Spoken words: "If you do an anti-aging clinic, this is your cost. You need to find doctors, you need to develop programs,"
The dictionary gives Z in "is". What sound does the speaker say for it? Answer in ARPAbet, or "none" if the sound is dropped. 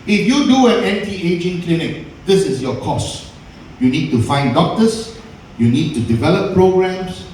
S